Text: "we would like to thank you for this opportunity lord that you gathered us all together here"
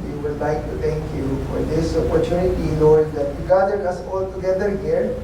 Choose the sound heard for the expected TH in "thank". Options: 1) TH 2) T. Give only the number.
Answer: 2